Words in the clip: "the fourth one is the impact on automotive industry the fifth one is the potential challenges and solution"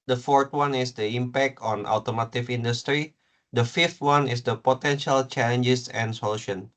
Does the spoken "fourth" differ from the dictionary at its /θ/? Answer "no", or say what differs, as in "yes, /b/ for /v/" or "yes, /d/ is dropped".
yes, /t/ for /θ/